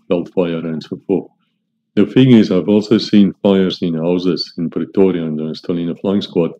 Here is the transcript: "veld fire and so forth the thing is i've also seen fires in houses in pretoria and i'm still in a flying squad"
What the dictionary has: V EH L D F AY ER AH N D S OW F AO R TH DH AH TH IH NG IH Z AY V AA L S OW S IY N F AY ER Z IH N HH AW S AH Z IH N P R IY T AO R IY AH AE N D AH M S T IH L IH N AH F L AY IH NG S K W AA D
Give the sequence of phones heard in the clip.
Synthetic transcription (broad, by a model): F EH L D F AY ER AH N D S OW F AO R TH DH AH F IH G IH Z AY V AA L S OW S IY N F AY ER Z IH N HH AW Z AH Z IH N P R IY T AO R IY AH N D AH S T IH L IH N AH F L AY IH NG S K W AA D